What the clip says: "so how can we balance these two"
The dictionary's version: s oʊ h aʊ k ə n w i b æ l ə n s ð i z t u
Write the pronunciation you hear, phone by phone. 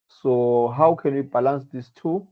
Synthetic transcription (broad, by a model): s oʊ h aʊ k ə n w i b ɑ l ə n s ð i s t u